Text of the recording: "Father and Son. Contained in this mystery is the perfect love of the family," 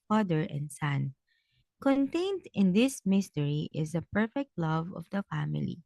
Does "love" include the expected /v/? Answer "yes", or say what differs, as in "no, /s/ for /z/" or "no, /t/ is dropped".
yes